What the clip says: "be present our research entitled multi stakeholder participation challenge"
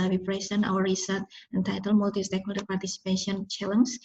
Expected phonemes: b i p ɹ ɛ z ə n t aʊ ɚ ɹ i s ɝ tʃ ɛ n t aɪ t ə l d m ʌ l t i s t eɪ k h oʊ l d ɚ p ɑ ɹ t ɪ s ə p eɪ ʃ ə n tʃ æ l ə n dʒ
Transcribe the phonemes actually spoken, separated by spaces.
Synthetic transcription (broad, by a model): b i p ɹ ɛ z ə n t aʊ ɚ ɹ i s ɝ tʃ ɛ n t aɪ t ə l m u l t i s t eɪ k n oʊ d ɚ p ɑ ɹ t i s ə p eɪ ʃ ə n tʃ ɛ l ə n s